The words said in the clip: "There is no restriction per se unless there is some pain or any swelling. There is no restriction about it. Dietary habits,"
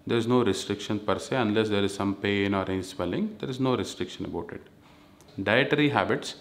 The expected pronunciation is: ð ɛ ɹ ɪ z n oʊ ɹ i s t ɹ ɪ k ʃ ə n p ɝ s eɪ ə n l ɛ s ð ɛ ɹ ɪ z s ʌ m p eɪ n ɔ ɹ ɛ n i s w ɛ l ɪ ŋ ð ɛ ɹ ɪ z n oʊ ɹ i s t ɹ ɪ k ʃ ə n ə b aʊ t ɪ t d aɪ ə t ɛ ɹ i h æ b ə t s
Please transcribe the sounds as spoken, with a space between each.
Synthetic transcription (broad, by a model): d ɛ ɹ ɪ z n oʊ ɹ i s t ɹ ɪ k ʃ ə n p ɝ s eɪ ə n l ɛ s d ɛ ɹ ɪ z s ʌ m p eɪ n ɔ ɹ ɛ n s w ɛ l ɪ ŋ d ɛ ɹ ɪ z n oʊ ɹ i s t ɹ ɪ k ʃ ə n ə b aʊ t ɪ t d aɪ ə t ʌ ɹ i h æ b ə t s